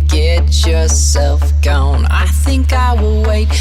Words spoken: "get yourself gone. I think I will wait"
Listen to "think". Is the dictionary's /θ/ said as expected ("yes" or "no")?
yes